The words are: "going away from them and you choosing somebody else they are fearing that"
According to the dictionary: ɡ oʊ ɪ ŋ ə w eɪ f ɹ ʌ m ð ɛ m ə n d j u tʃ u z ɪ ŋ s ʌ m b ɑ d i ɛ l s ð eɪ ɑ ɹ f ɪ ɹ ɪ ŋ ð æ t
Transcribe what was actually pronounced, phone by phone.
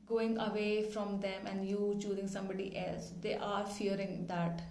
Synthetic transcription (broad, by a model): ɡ oʊ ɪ ŋ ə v eɪ f ɹ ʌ m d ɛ m ə n d j u tʃ u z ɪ ŋ s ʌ m b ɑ d i ɛ l s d eɪ ɑ ɹ f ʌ ɹ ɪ ŋ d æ t